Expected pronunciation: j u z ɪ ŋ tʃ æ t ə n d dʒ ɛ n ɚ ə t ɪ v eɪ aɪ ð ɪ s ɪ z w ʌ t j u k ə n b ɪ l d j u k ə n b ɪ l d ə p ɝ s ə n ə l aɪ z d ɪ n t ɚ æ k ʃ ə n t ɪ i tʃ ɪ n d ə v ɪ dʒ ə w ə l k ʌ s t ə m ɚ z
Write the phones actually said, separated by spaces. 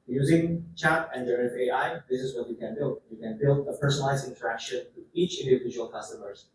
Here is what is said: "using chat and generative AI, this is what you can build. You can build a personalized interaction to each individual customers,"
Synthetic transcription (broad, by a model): j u z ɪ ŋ tʃ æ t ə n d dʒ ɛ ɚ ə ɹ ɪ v eɪ aɪ ð ɪ s ɪ z w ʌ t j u k ə n b ɪ l d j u k ə n b ɪ l d ə p ɝ s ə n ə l aɪ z ɪ n t ɚ æ k ʃ ə n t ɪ i tʃ ɪ n d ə v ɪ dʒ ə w l k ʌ s t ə m ɚ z